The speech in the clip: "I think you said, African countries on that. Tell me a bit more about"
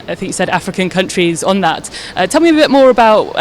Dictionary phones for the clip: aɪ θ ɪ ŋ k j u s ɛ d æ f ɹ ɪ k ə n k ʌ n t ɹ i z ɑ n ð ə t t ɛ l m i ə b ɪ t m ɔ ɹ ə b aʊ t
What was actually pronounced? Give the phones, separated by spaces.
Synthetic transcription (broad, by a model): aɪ θ ɪ ŋ k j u s ɛ d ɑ f ɹ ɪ k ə n k ʌ n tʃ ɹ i z n ð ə t t ɛ l m i ə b ɪ t m ɔ ɹ ə b aʊ t